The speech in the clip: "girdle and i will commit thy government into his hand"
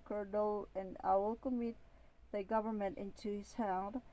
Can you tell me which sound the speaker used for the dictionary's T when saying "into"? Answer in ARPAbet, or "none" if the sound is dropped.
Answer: T